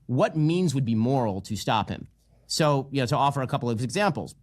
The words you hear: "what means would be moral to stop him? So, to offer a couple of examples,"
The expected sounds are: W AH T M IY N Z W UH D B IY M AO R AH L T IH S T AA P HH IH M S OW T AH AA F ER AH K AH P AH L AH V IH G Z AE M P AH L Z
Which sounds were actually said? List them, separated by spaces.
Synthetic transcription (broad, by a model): W AH T M IY N Z W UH D B IY M AO R L T IH S T AA P HH IH M S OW T AH AA F ER AH K AH P L AH V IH G Z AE M P L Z